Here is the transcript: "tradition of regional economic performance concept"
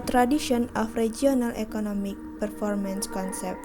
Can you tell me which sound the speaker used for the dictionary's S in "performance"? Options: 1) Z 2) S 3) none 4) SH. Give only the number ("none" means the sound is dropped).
2